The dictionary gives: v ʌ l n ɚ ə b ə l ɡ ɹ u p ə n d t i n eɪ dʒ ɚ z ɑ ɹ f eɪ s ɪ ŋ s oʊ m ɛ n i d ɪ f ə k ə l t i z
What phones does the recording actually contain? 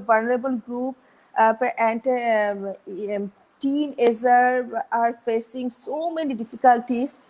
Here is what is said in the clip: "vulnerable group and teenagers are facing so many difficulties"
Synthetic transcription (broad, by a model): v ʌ l n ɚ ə b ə l ɡ ɹ u p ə n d t i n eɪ z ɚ ɑ ɹ f eɪ s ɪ ŋ s oʊ m ɛ n i d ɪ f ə k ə l t i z